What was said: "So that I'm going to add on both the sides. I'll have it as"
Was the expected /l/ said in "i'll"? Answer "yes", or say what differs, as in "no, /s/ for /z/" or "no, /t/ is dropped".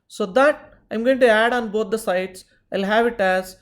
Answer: yes